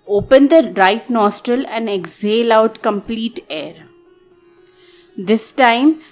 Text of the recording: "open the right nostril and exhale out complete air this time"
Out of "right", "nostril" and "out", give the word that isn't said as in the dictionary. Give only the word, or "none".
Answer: none